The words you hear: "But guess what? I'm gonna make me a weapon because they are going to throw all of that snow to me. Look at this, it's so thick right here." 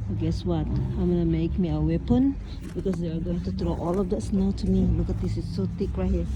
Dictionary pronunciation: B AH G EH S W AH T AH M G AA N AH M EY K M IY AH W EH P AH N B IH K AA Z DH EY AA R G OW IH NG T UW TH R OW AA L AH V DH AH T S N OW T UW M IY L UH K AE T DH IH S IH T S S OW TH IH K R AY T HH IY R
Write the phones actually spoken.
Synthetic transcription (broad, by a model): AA G EH S W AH T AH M G AA N AH M EY K M IY AH W EH P AH N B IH K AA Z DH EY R G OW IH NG T UW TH R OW AA L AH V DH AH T S N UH T UW M IY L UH K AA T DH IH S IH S S OW T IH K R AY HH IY